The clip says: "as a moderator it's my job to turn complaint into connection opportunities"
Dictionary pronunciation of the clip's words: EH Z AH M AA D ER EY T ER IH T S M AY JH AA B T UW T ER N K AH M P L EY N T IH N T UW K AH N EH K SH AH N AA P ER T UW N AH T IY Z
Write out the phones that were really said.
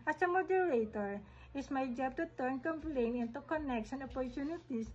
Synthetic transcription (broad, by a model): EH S AH M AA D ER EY T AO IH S M AY JH AA B T UW T ER N K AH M P L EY N IH N T UW K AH N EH K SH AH N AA P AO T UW N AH T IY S